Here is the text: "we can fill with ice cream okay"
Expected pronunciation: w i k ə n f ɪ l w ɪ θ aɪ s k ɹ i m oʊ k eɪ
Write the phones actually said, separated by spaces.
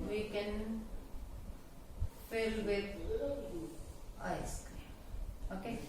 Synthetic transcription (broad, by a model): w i k ə n f ɪ l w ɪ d aɪ s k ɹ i oʊ k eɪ